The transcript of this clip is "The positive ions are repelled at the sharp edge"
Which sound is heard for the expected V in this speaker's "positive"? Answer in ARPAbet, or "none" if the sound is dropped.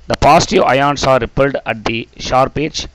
none